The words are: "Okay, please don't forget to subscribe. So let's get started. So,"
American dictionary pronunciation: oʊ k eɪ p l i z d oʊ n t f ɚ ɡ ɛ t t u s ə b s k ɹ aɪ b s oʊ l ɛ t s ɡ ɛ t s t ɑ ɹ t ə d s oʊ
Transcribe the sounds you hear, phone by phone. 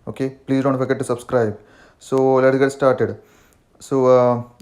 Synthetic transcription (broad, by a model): oʊ k eɪ p l i z d oʊ n t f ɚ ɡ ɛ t t u s ə b s k ɹ aɪ b s oʊ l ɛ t ɡ ɛ t s t ɑ ɹ t ə d s oʊ